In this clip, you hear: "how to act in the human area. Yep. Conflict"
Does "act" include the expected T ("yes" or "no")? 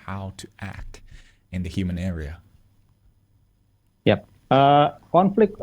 yes